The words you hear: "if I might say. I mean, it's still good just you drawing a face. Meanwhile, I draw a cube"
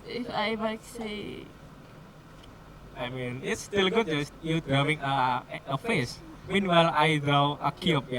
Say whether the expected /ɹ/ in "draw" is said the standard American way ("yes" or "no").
no